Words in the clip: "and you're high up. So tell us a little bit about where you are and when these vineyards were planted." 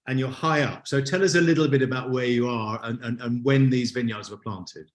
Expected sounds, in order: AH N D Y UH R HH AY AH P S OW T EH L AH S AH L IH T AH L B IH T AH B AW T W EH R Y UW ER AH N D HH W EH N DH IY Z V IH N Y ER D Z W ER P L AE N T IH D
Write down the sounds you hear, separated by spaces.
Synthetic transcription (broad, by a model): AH N Y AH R HH AY AH P S OW T EH L AH S AH L IH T L B IH T AH B AW T W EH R Y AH ER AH N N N W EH N DH IY Z V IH N Y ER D Z W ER P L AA N T IH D